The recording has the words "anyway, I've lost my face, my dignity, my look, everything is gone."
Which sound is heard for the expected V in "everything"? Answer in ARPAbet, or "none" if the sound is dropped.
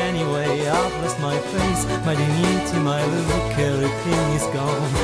none